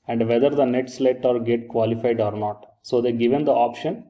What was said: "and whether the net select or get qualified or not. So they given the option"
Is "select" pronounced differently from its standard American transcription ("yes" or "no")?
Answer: yes